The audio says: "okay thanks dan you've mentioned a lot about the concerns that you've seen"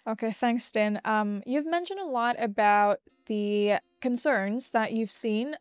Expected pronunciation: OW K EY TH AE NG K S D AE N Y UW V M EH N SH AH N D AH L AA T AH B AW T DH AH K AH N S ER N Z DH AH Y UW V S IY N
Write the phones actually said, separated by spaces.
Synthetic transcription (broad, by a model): OW K EY TH AE NG K S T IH N Y UW V M EH N SH AH N D AH L AA T AH B AW T DH AH K AH N S ER N Z DH AH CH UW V S IY N